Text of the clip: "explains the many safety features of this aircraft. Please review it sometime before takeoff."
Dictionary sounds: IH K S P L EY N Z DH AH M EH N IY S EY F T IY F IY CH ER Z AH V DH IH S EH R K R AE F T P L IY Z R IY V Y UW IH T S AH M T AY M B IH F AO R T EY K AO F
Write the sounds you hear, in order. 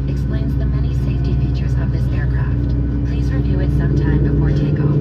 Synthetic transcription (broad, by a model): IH K S P L EY N Z DH AH M EH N IY S EY F T IY F IY CH ER Z AH V DH IH S EH R K R AE F T P L IY Z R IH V Y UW IH T S AH M T AY M B IH F AO R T EY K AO